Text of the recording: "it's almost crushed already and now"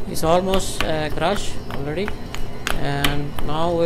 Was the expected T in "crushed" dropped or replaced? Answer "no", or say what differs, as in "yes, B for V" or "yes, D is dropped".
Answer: yes, T is dropped